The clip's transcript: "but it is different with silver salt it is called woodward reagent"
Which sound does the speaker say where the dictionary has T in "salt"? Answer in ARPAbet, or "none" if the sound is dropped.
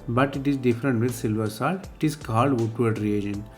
none